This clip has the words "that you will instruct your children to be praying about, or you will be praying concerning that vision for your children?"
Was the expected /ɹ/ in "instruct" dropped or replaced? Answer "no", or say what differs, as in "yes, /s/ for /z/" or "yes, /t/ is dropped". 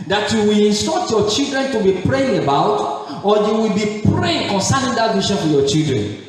yes, /ɹ/ is dropped